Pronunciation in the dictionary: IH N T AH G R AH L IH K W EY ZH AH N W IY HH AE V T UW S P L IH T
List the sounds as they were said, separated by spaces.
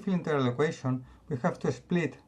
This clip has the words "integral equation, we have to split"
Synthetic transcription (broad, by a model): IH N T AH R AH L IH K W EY SH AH N W IY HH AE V T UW S P L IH T